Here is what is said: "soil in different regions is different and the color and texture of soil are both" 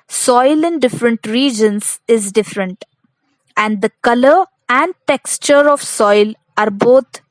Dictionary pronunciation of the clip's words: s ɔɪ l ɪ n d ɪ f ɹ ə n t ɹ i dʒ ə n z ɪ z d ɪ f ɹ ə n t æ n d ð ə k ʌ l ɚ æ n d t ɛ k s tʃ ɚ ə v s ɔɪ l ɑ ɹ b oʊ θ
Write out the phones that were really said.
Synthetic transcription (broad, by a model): s ɔɪ l ɪ n d ɪ f ɹ ə n t ɹ i dʒ ə n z ɪ z d ɪ f ɹ ə n t æ n d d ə k ʌ l ɚ æ n d t ɛ k s tʃ ɚ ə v s ɔɪ l ɑ ɹ b oʊ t